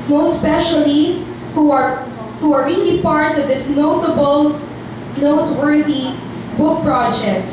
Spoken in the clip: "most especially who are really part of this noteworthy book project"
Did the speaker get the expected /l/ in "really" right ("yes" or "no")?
no